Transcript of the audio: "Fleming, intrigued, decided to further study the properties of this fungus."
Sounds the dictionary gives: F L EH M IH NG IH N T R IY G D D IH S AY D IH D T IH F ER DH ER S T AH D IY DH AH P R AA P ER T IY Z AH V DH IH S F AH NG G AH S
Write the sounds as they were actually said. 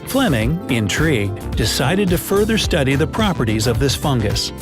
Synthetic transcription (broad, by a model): F L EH M IH NG IH N T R IY G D D IH S AY D IH D T IH F ER DH ER S T AH D IY DH AH P R AA P ER T IY Z AH V DH IH S F AH NG G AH S